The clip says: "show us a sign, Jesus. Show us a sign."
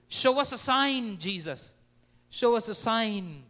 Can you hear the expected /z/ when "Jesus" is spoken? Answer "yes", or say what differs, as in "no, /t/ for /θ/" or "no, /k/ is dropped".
yes